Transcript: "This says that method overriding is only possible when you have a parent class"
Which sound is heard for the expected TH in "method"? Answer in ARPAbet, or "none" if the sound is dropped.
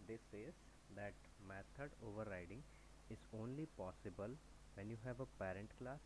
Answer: T